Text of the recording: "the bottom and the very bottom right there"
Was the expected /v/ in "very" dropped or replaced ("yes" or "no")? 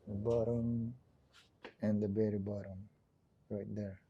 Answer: yes